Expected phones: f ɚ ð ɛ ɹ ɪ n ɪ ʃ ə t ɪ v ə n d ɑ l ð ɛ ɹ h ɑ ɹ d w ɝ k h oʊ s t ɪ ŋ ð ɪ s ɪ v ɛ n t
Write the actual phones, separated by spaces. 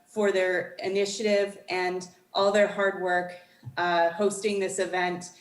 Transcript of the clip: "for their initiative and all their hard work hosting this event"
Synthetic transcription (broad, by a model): f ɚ ð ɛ ɹ ɪ n ɪ ʃ ə t ɪ v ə n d ɑ l ð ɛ ɹ h ɑ ɹ d w ɝ k h oʊ s t ɪ ŋ ð ɪ s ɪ v ɛ n t